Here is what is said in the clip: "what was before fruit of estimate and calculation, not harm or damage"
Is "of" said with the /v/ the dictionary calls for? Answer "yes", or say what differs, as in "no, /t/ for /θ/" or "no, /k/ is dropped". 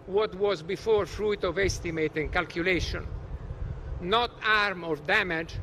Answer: yes